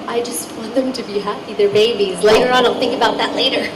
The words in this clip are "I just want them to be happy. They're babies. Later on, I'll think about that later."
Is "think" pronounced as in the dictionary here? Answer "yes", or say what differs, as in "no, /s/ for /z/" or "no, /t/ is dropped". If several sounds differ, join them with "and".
yes